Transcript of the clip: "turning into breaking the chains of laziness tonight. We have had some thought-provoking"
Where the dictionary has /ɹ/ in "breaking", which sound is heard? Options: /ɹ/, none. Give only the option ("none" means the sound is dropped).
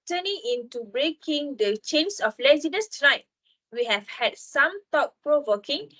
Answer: /ɹ/